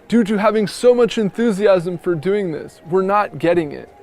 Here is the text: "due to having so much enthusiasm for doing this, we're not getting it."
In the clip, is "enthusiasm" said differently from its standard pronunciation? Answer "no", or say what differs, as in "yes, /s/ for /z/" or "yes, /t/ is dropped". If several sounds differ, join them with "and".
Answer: no